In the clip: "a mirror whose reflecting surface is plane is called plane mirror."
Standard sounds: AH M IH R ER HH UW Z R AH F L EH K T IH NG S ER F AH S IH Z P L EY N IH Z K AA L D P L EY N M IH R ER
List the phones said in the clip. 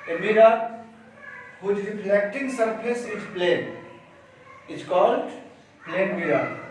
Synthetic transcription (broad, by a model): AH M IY R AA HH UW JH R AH P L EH K T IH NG S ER P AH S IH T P L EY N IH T K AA L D P L EY N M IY R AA